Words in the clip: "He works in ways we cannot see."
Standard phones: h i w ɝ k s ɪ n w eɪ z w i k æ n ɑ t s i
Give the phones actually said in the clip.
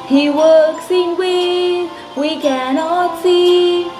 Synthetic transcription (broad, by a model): h i w ɝ k s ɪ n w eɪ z w i k æ n ɑ t s i